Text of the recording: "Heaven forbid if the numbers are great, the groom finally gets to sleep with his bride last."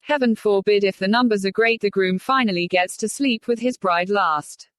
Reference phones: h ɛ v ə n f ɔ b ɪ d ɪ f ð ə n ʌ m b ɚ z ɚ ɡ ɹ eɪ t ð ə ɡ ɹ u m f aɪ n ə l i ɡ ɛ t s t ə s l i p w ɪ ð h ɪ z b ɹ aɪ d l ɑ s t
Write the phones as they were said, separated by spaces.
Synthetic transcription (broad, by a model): h ɛ v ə n f ɔ b ɪ d ɪ f ð ə n ʌ m b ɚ z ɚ ɡ ɹ eɪ t ð ə ɡ ɹ u m f aɪ n ə l i ɡ ɛ t s t ə s l i p w ɪ ð ɪ z b ɹ aɪ d l ɑ s t